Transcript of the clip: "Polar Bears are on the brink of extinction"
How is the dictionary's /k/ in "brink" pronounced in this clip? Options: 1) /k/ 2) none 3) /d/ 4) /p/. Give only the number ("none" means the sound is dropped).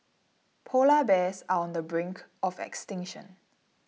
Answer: 1